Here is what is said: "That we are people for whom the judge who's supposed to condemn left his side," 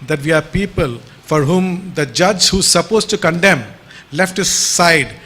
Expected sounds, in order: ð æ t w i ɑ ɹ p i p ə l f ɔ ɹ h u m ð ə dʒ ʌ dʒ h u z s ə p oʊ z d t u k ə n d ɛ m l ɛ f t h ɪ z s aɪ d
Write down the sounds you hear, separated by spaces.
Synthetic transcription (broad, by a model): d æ t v i ɑ ɹ p i p ə l f ɔ ɹ h u m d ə dʒ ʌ dʒ h u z s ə p oʊ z t u k ə n d ɛ m l ɛ f t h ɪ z s aɪ d